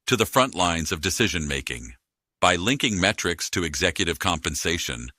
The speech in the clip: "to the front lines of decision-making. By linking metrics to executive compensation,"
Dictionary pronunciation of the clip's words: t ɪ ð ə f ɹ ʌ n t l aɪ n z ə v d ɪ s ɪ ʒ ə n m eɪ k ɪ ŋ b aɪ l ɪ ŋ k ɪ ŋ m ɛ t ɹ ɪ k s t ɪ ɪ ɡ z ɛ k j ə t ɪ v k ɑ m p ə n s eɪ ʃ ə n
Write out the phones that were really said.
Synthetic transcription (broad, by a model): t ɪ ð ə f ɹ ʌ n t l aɪ n z ə v d ɪ s ɪ ʒ ə n m eɪ k ɪ ŋ b aɪ l ɪ ŋ k ɪ ŋ m ɛ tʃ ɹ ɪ k s t ɪ ɪ ɡ z ɛ k j ə t ɪ v k ɑ m p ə n s eɪ ʃ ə n